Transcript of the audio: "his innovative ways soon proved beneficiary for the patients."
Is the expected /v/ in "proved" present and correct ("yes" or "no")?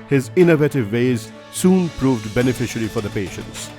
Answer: yes